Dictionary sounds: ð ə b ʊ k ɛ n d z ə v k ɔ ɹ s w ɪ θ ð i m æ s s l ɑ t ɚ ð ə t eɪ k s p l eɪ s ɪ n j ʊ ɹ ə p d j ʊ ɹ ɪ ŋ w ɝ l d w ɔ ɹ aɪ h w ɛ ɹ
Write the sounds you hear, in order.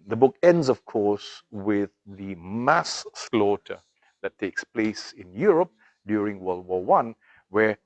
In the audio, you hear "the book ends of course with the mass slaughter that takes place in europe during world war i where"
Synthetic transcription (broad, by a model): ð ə b ʊ k ɛ n d z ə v k ɔ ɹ s w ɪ ð i m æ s s l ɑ t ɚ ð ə t eɪ k s p l eɪ s ɪ n j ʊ ɹ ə p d j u ɹ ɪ ŋ w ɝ l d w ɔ w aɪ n w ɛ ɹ